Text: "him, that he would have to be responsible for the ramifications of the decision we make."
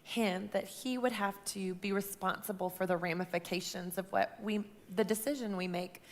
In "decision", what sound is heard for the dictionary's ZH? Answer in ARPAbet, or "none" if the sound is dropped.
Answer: ZH